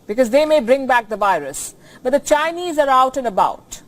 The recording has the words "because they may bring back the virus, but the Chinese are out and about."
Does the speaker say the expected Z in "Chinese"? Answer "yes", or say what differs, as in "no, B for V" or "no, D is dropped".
yes